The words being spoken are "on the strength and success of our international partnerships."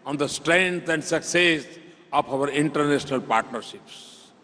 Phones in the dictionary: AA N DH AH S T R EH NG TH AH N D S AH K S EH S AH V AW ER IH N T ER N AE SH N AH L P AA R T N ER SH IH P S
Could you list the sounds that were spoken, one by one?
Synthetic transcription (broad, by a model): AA N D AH S T R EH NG T AH N D S AH K S EH S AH P AW ER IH N T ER N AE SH N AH L P AA R T N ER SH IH P S